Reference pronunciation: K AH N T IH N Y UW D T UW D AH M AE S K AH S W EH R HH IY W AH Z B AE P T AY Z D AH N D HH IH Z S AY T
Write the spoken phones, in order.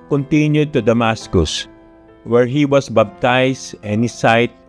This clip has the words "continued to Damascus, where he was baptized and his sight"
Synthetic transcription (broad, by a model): K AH N T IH N Y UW D T UW D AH M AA S K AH S W EH R HH IY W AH S B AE B T AY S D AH N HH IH S AY T